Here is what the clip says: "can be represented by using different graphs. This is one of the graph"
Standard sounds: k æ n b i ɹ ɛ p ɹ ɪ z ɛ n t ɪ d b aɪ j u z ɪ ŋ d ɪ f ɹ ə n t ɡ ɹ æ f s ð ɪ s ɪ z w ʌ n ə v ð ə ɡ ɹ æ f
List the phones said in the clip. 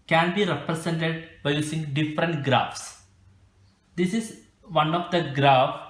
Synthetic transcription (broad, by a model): k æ n b i ɹ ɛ p ɹ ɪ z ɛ n t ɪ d b aɪ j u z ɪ ŋ d ɪ f ɹ ə n t ɡ ɹ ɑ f s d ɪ s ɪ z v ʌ n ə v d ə ɡ ɹ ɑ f